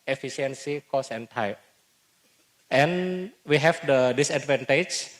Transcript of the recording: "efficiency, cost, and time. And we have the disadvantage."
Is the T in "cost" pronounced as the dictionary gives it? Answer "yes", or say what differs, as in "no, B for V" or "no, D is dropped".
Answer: no, T is dropped